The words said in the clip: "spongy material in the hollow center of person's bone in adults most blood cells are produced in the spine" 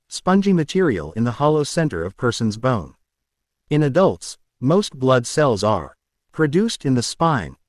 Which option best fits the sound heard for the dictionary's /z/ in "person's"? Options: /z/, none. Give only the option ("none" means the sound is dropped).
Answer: /z/